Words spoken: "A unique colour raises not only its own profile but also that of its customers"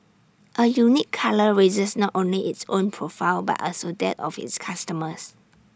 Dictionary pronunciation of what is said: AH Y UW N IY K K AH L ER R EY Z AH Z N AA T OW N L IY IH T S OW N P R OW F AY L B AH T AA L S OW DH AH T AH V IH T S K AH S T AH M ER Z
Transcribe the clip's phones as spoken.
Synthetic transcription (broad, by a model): AH Y UW N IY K K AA L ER R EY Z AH S N AA T OW N L IY IH T S OW N P R OW F AY L B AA T AA L S OW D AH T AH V IH T S K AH S T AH M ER S